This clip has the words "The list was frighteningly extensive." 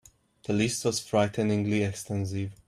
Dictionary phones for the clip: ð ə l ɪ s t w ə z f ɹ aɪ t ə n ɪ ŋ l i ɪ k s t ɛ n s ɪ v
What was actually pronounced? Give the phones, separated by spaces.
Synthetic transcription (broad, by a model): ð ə l ɪ s t w ə z f ɹ aɪ t ə n ɪ ŋ l i ɪ k s t ɛ n s ɪ v